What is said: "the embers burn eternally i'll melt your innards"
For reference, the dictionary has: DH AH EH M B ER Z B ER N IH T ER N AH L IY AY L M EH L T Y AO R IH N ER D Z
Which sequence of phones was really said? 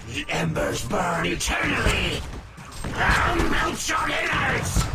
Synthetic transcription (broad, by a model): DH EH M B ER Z B ER N IH T ER N AH L IY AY N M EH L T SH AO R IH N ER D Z